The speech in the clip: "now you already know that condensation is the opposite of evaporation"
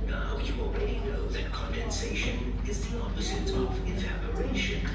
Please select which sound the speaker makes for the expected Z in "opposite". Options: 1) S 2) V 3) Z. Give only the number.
3